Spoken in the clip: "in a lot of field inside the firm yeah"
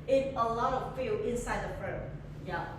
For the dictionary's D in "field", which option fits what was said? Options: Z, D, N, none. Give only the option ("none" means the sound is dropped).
none